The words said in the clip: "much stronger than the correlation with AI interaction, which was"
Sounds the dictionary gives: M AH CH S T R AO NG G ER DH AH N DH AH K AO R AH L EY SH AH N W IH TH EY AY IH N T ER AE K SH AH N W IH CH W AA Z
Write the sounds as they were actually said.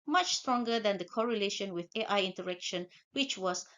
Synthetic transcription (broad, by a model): M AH CH S T R AO NG G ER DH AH N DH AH K AO R AH L EY SH AH N W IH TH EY AY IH N T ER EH K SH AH N W IH CH W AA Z